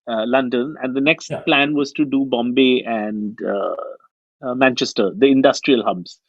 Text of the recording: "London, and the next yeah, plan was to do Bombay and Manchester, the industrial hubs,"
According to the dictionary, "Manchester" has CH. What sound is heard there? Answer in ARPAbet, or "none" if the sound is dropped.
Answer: CH